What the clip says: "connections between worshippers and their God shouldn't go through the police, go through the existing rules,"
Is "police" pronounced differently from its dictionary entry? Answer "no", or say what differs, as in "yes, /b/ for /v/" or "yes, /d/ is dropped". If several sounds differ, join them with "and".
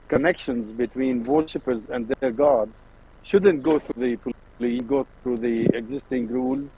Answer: yes, /s/ is dropped